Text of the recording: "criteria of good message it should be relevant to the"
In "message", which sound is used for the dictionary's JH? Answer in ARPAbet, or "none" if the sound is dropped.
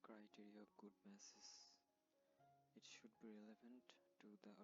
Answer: Z